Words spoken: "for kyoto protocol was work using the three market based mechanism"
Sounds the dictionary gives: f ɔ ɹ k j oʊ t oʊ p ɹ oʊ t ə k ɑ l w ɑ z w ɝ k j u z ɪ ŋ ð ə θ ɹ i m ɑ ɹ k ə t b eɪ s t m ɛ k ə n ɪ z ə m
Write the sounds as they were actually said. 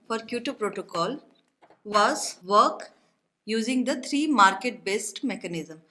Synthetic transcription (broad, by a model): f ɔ ɹ k j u t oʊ p ɹ oʊ t ə k ɑ l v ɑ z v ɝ k j u z ɪ ŋ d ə t ɹ i m ɑ ɹ k ə t b eɪ s t m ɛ k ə n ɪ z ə m